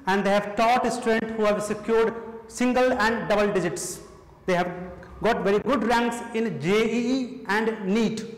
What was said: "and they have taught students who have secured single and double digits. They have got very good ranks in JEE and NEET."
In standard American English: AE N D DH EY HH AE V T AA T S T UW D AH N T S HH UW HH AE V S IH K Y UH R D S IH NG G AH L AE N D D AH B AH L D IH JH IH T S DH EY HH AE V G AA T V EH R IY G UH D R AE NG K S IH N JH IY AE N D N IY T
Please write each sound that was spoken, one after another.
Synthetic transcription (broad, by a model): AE N D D EY HH AE V T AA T S T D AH N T HH UW HH AE V S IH K Y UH R D S IH NG G AH L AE N D D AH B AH L D IH JH IH T S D EY HH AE V G AA T V EH R IY G UH D R AE NG K S IH N JH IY AE N D N IY T